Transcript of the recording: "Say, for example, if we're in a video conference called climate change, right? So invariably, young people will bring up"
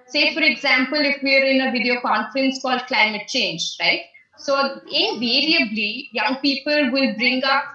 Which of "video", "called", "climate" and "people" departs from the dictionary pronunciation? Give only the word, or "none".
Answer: none